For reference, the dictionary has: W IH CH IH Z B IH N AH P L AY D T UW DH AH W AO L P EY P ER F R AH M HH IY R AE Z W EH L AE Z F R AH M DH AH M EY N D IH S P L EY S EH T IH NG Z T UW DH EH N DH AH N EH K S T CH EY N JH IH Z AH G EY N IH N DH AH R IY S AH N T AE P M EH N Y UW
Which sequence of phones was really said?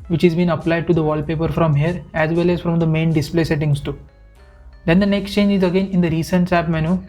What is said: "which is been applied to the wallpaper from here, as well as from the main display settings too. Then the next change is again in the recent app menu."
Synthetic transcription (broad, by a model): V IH CH IH Z B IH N AH P L AY D T UW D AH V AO L P EY P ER F R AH M HH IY R AE Z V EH L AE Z F R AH M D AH M EY N D IH S P L EY S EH T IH NG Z T UW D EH N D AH N EH K S T CH EY N JH IH Z AH G EY N IH N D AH R IY S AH N T AE P M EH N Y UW